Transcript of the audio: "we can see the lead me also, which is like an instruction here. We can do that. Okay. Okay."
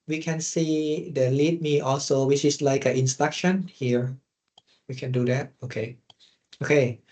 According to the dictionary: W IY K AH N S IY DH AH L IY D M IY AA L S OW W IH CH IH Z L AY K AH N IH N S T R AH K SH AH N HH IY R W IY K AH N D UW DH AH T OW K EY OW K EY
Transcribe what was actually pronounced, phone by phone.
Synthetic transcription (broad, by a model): W IY K AH N S IY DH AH L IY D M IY AA L S OW W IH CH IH S L AY K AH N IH N S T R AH K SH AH N HH IY R W IY K AH N D UW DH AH T OW K EY OW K EY